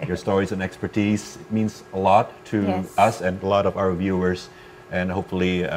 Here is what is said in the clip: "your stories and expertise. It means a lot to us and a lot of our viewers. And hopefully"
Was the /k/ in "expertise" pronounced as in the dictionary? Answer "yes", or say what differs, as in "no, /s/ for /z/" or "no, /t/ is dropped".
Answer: yes